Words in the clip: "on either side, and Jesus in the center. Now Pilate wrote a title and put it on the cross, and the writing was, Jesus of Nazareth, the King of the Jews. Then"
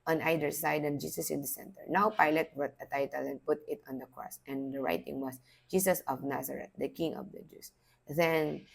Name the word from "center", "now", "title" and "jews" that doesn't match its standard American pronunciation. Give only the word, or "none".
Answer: jews